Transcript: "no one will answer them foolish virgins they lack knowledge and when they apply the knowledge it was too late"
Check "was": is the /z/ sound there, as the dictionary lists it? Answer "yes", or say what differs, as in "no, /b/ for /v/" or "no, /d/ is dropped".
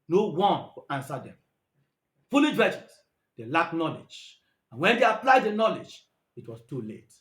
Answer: no, /s/ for /z/